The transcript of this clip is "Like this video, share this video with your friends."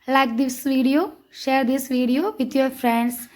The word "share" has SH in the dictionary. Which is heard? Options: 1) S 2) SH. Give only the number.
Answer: 2